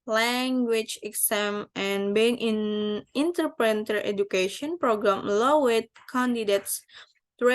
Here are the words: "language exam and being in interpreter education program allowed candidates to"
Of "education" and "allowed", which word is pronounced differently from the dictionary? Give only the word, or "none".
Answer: allowed